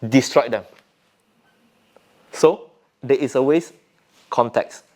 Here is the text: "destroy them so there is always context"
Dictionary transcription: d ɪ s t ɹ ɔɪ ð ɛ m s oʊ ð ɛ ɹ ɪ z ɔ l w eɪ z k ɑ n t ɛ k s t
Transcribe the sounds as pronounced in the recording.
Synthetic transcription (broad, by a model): d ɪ s t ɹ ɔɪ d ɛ m s oʊ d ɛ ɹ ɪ s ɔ w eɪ s k ɑ n t ɛ k s